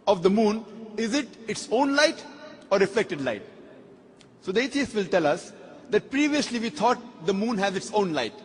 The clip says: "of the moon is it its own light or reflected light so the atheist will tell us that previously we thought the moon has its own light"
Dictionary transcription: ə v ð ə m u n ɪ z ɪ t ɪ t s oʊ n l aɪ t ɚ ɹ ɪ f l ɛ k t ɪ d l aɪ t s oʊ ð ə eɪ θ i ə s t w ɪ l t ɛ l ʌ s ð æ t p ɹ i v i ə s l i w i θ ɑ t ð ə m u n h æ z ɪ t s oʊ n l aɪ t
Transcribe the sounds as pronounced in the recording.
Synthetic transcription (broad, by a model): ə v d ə m u n ɪ z ɪ t ɪ t s oʊ n l aɪ t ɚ ɹ ɪ f l ɛ k t ɪ d l aɪ t s oʊ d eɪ t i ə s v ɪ l t ɛ l ʌ s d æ t p ɹ i v i ə s l i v i t ɑ t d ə m u n h æ z ɪ t s oʊ n l aɪ t